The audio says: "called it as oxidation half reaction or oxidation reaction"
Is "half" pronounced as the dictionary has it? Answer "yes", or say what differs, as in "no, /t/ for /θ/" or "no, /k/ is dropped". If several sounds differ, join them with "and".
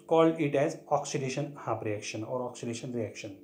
no, /p/ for /f/